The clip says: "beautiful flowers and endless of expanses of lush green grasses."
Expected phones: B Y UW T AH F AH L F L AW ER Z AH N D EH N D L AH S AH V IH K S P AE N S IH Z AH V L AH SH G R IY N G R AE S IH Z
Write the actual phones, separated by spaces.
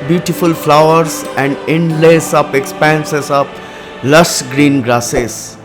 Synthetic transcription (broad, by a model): B Y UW T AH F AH L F L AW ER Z AH N D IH N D L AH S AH P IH K S P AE N S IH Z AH P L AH S G R IY N G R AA S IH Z